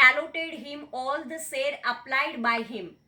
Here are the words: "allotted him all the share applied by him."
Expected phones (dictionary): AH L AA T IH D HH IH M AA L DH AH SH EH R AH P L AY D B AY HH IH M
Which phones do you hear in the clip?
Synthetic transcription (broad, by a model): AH L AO T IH D HH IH M AA L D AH S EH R AH P L AY D B AY HH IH M